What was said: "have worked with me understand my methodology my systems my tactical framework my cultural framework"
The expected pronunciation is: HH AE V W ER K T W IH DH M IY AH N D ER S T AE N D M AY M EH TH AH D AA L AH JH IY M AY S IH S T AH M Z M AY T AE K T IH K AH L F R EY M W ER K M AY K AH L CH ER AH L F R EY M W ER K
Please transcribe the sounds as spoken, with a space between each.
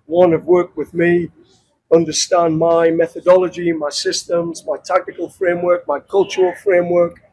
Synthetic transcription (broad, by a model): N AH V W ER K W IH DH M IY AH N D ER S T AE N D M AY M EH TH AH D AA L AH JH IY M AY S IH S T AH M Z M AY T AE K T IH K AH L F R EY M W ER K M AY K AH L CH ER AH L F R EY M W ER K